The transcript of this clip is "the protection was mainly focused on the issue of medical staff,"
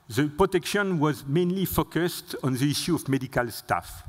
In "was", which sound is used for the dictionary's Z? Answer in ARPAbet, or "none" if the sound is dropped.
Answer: Z